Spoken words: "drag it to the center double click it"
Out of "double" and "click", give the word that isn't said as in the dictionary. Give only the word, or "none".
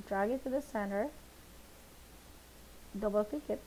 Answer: click